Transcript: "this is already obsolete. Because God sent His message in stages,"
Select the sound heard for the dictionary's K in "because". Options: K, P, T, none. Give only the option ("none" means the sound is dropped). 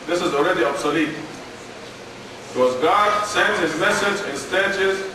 none